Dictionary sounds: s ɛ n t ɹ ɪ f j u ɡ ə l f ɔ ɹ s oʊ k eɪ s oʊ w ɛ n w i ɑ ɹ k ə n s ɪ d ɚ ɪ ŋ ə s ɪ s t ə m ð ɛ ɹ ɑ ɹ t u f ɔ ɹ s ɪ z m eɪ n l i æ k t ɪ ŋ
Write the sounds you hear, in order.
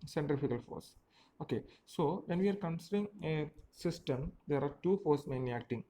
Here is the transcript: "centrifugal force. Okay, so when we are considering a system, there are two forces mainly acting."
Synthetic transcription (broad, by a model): s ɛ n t ɹ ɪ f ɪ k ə l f ɔ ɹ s oʊ k eɪ s oʊ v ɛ n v i ɑ ɹ k ə n s ɪ d ɚ ɪ ŋ ə s ɪ s t ə m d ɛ ɹ ɑ ɹ t u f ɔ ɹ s m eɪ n i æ k t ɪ ŋ